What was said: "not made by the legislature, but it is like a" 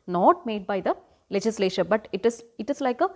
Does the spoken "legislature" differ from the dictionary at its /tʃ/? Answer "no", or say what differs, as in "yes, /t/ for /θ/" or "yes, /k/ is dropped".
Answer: yes, /ʃ/ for /tʃ/